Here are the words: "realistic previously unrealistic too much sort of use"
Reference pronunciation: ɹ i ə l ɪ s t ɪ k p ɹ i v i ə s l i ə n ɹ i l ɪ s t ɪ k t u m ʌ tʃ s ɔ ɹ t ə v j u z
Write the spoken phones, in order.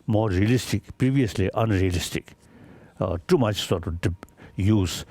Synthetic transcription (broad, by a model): ɹ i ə l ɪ s t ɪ k p ɹ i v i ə s l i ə n ɹ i l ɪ s t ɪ k t u m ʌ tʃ s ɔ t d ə p j u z